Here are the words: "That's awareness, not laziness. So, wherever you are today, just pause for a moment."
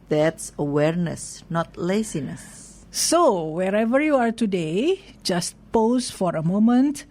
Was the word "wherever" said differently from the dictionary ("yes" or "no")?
no